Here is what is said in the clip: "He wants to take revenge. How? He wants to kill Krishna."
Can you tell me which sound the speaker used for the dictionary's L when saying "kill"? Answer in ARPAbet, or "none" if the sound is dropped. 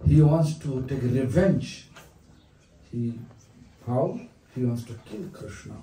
L